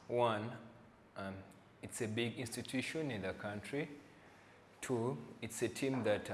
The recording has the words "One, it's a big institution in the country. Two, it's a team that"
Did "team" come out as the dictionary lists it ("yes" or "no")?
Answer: yes